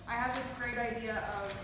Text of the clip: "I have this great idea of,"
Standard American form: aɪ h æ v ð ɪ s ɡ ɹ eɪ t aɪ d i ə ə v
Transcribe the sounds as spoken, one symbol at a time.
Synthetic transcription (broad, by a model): aɪ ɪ v ð ɪ s ɡ ɹ eɪ t aɪ d i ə ə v